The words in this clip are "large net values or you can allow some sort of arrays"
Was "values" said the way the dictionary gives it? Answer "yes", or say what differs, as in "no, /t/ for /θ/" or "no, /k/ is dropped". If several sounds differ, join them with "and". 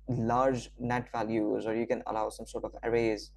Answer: yes